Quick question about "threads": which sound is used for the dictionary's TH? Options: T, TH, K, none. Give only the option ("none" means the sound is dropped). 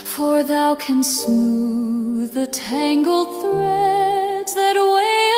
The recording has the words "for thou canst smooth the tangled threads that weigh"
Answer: TH